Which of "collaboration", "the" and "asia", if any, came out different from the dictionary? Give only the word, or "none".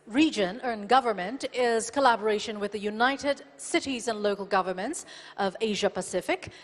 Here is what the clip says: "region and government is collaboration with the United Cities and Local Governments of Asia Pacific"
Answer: none